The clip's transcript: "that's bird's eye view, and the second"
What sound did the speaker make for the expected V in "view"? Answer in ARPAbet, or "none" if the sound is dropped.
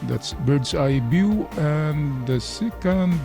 B